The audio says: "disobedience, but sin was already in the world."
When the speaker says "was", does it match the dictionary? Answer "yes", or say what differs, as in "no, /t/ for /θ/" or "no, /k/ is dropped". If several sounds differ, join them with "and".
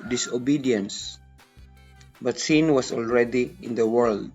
no, /s/ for /z/